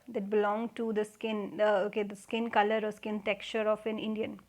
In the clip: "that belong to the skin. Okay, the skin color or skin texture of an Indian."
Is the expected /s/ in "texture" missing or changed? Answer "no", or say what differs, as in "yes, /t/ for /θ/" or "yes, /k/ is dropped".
yes, /s/ is dropped